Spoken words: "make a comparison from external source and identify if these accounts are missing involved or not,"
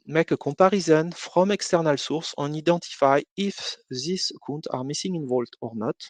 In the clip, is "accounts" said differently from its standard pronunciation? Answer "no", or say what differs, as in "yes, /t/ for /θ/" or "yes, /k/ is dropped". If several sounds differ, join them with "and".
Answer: yes, /s/ is dropped